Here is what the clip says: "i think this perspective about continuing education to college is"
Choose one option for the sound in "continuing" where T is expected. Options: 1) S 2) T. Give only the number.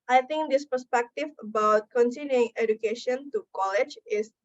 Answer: 1